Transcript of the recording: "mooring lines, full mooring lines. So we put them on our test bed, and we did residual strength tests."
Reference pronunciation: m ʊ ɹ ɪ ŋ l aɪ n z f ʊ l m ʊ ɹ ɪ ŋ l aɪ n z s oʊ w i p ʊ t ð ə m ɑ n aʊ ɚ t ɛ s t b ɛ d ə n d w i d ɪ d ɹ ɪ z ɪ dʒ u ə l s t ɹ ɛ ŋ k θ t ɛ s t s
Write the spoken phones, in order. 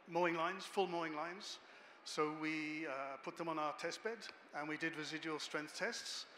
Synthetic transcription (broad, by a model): m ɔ ɪ ŋ l aɪ n z f ʊ l m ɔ ɪ ŋ l aɪ n z s oʊ w i p ʊ t ð ə m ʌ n aʊ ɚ t ɛ s t b ɛ d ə n w i d ɪ d ɹ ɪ z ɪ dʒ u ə l s t ɹ ɛ ŋ k θ t ɛ s t s